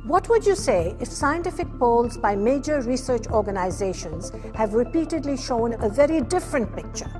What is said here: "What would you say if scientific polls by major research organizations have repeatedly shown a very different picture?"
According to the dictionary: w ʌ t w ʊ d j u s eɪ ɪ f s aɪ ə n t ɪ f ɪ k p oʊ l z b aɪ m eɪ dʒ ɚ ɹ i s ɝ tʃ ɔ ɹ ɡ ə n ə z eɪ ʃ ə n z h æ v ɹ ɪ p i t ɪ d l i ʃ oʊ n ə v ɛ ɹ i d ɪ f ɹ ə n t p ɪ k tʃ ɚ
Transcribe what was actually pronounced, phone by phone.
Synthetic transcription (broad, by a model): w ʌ t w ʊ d j u s eɪ ɪ f s aɪ ə n t ɪ f ɪ k p oʊ l z b aɪ m eɪ dʒ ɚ ɹ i s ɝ tʃ ɔ ɹ ɡ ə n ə z eɪ ʃ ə n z h æ v ɹ ɪ p i t ɪ d l i ʃ oʊ n ə v ɛ ɹ i d ɪ f ɹ ə n t p ɪ k tʃ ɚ